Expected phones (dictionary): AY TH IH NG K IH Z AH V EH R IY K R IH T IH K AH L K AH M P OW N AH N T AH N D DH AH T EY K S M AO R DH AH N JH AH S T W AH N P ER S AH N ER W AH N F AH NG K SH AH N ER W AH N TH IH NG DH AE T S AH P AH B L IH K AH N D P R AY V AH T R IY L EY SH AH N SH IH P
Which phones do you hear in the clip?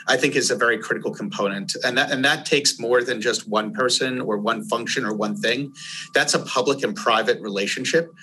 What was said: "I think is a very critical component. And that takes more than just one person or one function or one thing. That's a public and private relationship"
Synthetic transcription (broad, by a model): AY TH IH NG K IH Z AH V EH R IY K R IH T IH K L K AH M P OW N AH N T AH N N DH AH T EY K S M AO R DH AH N JH AH S T W AH N P ER S AH N ER W AH N F AH NG K SH AH N ER W AH N TH IH NG DH AE T S AH P AH B L IH K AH N P R AY V AH T R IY L EY SH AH N SH IH P